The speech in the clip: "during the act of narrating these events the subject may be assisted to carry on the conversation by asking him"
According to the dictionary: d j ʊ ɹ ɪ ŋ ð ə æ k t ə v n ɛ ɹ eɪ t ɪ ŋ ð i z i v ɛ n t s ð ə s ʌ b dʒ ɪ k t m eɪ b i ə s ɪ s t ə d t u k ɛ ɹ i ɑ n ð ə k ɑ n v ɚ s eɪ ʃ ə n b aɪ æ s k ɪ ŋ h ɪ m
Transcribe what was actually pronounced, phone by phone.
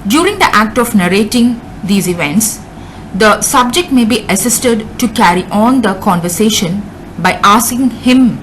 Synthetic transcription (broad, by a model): d j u ɹ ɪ ŋ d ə æ k t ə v n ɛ ɹ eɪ t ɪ ŋ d i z i v ɛ n t s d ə s ʌ b dʒ ɪ k t m eɪ b i ə s ɪ s t ə d t u k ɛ ɹ i ɑ n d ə k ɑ n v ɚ s eɪ ʃ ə n b aɪ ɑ s k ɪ ŋ h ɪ m